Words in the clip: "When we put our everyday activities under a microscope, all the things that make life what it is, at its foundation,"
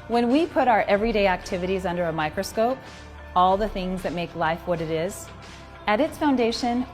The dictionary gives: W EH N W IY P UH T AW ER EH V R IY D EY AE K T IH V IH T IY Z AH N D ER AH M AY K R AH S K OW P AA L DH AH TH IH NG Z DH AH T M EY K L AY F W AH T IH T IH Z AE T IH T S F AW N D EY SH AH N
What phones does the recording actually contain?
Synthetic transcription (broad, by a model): W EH N W IY P UH T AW ER EH V R IY D EY AE K T IH V IH T IY Z AH N D ER AH M AY K R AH S K OW P AA L DH AH TH IH NG Z DH AH T M EY K L AY F W AH T IH T IH Z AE T IH T S F AW N D EY SH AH N